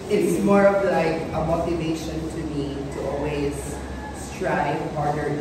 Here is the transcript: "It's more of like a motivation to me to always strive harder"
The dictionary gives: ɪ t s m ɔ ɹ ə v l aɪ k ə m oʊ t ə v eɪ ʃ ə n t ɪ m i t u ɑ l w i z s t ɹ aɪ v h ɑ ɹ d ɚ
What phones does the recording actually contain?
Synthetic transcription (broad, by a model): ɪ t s m ɔ ɹ ə v l aɪ k ə m oʊ t ə v eɪ ʃ ə n t ɪ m i t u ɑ l w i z s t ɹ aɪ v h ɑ ɹ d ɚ